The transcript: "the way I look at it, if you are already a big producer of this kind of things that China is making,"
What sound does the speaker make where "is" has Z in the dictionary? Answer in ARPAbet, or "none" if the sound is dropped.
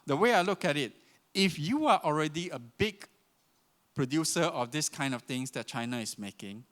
S